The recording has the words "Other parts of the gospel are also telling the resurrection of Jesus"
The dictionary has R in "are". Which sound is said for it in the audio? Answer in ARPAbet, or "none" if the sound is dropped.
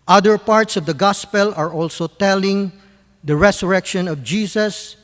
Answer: R